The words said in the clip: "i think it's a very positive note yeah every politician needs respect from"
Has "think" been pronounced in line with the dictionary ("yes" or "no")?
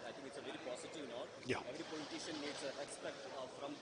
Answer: no